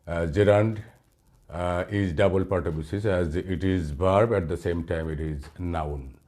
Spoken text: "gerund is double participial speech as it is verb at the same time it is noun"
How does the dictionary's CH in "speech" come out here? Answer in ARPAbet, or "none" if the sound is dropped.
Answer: S